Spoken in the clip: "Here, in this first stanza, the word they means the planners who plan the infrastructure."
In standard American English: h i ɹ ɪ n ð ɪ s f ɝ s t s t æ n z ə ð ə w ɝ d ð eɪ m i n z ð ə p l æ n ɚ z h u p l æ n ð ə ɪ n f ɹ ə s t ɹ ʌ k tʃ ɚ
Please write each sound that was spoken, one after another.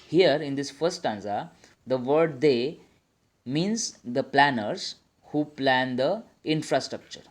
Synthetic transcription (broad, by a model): h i ɹ ɪ n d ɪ s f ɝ t s t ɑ n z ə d ə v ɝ d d eɪ m i n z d ə p l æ n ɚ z h u p l æ n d ə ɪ n f ɹ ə s t ɹ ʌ k tʃ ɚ